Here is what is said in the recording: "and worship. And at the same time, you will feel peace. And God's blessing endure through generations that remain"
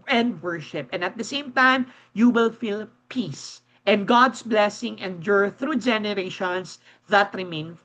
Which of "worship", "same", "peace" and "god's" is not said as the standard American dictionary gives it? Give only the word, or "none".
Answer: god's